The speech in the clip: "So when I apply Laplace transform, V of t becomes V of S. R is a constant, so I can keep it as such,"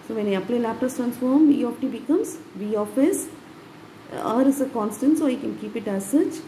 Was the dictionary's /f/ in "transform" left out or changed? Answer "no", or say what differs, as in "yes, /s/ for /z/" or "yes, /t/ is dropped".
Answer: no